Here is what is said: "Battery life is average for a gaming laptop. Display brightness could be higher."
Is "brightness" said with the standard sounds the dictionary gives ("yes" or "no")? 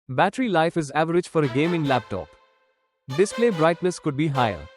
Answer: no